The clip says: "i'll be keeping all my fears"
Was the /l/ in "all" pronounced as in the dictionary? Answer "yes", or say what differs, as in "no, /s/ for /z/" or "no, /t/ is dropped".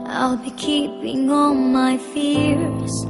no, /n/ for /l/